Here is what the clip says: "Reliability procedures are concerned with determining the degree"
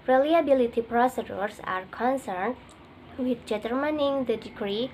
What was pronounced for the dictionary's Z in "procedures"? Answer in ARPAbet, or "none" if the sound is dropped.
S